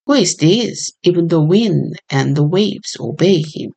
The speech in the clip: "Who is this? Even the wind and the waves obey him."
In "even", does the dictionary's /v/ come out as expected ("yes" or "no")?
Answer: yes